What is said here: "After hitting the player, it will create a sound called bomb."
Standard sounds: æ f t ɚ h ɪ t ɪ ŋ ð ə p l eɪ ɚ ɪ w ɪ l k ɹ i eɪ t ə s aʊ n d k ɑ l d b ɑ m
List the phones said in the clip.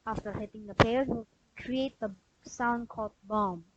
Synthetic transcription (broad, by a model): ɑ f t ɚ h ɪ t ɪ ŋ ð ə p eɪ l w ɪ l k ɹ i eɪ t ə s aʊ n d k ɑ l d b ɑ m